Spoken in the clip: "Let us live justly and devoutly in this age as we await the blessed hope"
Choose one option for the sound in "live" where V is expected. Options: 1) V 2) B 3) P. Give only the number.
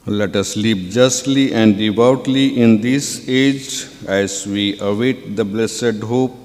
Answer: 3